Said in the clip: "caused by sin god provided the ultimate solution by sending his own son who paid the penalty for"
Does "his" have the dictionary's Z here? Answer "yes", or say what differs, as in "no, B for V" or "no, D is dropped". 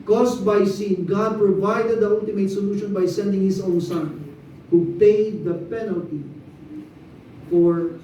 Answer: no, S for Z